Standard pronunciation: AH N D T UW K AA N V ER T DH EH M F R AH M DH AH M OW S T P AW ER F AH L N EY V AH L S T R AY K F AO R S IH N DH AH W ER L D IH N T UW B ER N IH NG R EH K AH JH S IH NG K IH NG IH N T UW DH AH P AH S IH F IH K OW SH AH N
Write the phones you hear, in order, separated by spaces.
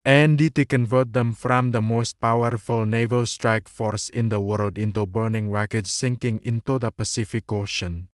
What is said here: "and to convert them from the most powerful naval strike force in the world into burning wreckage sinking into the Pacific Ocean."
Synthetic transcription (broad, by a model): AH N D T UW K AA N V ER T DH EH M F R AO M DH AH M OW S T P AW ER F AH L N EY V AH L S T R AY K F AO R S IH N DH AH W ER L D IH N T UW B ER N IH NG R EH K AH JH S IH NG K IH NG IH N T UW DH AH P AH S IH F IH K OW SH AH N